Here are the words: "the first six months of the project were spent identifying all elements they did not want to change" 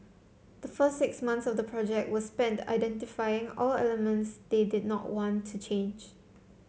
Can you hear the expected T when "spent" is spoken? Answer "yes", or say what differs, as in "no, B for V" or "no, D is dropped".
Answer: yes